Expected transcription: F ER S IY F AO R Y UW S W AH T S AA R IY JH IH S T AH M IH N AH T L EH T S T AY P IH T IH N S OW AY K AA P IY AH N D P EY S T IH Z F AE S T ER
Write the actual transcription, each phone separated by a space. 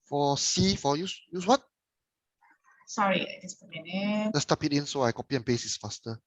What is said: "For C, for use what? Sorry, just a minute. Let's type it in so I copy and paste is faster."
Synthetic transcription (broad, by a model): F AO S IY F AO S Y UW S W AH T S AA R IY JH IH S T AH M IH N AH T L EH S T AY P IH T IH N S OW AY K AA P IY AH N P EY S IH S F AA S T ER